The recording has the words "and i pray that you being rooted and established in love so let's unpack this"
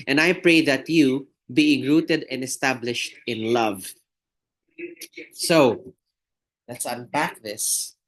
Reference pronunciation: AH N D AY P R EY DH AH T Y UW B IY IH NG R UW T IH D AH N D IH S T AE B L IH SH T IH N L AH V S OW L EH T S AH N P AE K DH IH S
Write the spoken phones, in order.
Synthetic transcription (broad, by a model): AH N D AY P R EY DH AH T Y UW B IY IH NG R UW T IH D AH N D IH S T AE B L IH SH T IH N L AH V S OW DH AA T S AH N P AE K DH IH S